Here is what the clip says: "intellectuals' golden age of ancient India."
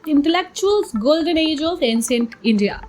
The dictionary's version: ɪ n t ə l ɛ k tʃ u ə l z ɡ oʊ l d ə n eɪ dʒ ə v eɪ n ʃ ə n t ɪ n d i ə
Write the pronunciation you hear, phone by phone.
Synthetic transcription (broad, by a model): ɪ n t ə l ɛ k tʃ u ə l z ɡ oʊ l d ə n eɪ dʒ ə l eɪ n s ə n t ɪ n d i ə